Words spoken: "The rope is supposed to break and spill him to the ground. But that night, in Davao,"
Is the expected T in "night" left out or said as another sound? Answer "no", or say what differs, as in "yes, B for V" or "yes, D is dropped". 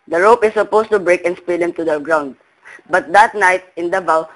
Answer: no